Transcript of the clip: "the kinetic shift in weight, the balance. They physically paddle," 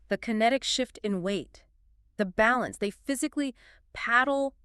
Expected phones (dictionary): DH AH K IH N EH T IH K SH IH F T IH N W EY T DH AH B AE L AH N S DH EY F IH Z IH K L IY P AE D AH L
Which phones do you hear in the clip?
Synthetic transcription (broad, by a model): DH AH K IH N EH T IH K SH IH F T IH N W EY T DH AH B AE L AH N S DH EY F IH Z IH K L IY P AE D L